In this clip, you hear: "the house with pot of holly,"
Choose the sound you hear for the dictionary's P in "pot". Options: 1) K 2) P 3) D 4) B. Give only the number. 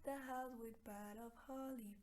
4